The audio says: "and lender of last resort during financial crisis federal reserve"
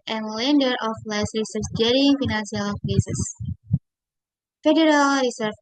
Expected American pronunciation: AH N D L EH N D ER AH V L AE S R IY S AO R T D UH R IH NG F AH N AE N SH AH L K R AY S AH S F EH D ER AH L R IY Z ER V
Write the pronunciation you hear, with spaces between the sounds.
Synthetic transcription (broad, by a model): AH N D L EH N D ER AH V L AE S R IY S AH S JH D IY IH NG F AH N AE N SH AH L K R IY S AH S F EH D ER AH L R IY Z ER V